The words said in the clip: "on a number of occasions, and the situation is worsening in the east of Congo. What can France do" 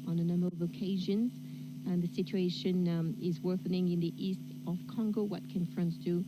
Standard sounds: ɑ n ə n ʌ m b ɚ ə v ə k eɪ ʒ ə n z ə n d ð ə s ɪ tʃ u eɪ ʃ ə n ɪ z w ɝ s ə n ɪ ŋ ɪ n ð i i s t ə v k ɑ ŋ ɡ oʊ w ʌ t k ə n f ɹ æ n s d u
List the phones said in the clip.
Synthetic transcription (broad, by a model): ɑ n ə n ʌ m b ɚ ə v ə k eɪ ʒ ə n z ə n ð ə s ɪ tʃ u eɪ ʃ ə n ɪ z w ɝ θ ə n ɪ ŋ ɪ n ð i i s t ə v k ɑ ŋ ɡ oʊ w ʌ t k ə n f ɹ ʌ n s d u